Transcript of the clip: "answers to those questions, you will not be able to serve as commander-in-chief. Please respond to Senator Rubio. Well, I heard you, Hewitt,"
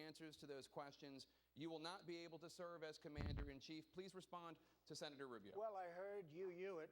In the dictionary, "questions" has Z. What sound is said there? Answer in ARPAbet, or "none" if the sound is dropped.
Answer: Z